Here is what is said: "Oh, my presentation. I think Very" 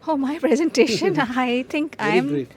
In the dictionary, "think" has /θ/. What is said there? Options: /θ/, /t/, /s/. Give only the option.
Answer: /t/